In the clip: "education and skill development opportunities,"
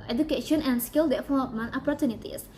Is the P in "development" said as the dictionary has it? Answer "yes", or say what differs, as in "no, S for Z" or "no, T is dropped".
no, P is dropped